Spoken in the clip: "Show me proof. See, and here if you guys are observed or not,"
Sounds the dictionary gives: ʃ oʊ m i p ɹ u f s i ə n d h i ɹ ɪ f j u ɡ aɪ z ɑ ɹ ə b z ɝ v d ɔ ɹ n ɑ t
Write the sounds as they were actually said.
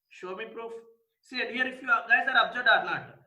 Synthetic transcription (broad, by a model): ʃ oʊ m i p ɹ u f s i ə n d h i ɹ ɪ f j u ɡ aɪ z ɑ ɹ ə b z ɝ d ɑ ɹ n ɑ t